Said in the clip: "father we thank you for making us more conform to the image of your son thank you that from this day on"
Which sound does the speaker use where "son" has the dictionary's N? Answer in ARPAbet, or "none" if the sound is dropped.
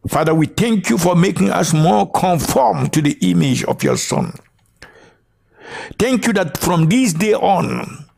N